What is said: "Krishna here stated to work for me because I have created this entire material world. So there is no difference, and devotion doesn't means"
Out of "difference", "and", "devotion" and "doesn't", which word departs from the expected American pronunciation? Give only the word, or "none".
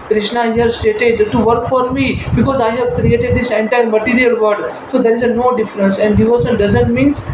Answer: devotion